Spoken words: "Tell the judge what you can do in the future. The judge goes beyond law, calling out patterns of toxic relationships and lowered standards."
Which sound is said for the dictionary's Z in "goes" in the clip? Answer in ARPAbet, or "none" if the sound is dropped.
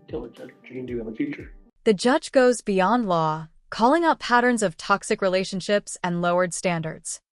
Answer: Z